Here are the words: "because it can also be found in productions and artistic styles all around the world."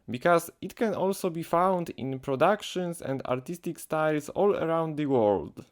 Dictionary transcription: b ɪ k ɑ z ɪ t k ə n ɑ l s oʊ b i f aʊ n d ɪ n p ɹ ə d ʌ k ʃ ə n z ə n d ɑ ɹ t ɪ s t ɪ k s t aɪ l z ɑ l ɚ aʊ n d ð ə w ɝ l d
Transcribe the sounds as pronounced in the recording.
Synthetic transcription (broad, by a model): b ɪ k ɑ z ɪ t k ə n ɑ l s oʊ b i f aʊ n d ɪ n p ɹ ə d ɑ k ʃ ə n s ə n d ɑ ɹ t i s t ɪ k s t aɪ l s ɑ l ɚ aʊ n d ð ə w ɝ l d